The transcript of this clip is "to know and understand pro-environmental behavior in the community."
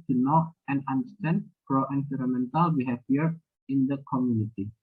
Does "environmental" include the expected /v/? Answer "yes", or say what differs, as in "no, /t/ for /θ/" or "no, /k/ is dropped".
no, /f/ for /v/